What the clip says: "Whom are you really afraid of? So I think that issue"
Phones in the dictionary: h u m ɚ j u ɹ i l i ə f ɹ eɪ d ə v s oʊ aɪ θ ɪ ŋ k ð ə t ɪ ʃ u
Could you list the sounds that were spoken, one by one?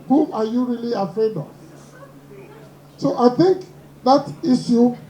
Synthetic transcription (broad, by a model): h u m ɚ j u ɹ i l i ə f ɹ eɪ d ə v s oʊ aɪ θ ɪ ŋ k ð ə t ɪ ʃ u